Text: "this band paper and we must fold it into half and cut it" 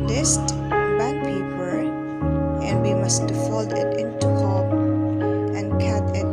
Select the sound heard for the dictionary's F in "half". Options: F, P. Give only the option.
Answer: P